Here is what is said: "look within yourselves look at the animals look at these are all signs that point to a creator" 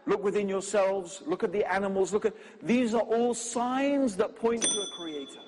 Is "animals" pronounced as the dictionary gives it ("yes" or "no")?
yes